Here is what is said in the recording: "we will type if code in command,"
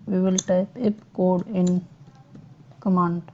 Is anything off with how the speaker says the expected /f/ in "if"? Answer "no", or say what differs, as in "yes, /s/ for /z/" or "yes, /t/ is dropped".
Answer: yes, /p/ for /f/